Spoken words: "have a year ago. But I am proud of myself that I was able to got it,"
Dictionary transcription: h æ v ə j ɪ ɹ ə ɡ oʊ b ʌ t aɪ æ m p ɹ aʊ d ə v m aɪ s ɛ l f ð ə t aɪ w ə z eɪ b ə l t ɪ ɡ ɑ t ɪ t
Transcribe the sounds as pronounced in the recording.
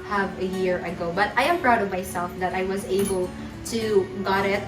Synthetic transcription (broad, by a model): h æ v ə j ɪ ɹ ə ɡ oʊ b ʌ t aɪ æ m p ɹ aʊ d ə v m aɪ s ɛ l f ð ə t aɪ w ə z eɪ b ə l t ɪ ɡ ɑ t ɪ t